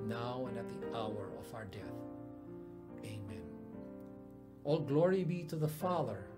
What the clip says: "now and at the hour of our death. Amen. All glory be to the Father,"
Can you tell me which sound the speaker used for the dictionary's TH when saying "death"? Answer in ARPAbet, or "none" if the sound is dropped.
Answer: TH